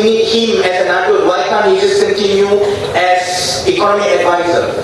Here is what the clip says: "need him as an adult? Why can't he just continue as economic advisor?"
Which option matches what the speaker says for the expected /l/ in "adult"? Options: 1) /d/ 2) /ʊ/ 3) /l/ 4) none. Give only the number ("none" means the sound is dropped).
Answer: 4